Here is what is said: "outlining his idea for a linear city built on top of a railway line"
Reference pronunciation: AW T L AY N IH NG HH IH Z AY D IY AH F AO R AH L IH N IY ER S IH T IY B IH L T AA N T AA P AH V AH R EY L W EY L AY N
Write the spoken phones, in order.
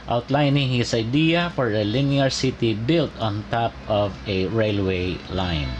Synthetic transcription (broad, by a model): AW T L AY N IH NG HH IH S AY D IY AH F AO R AH L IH N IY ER S IH T IY B IH L T AA N T AA P AH V AH R EY L W EY L AY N